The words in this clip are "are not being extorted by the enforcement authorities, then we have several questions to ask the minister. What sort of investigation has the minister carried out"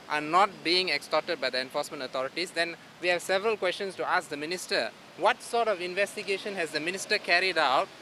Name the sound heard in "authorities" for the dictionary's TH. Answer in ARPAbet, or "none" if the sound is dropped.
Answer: T